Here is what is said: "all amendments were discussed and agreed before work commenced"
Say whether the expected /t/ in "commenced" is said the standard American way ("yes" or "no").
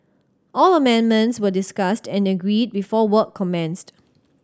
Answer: yes